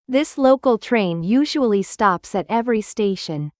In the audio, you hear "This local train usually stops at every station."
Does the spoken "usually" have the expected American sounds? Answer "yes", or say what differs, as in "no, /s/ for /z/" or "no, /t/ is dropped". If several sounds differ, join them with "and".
yes